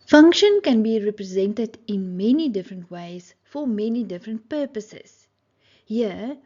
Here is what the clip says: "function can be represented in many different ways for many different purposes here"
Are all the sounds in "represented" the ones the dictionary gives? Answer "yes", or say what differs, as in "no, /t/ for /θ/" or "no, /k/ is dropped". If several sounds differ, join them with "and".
yes